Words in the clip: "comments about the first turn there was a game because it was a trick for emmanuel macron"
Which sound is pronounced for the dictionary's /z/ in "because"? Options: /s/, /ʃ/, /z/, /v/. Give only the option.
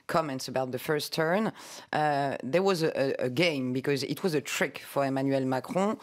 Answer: /z/